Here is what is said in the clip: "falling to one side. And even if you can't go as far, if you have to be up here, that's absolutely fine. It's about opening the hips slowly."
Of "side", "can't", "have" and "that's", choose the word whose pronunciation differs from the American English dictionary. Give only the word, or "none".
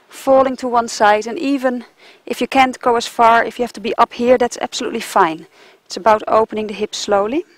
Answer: have